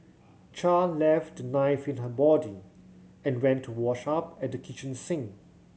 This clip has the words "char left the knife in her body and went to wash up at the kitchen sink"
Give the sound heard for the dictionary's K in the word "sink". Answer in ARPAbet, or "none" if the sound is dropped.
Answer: none